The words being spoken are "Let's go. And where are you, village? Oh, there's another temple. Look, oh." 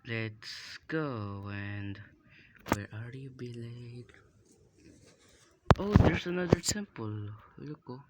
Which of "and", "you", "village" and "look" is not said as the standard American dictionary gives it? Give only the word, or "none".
village